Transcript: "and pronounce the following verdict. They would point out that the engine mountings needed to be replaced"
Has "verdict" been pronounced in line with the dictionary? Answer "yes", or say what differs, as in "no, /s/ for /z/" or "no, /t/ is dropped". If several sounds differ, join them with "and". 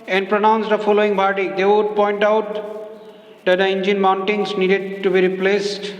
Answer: no, /p/ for /v/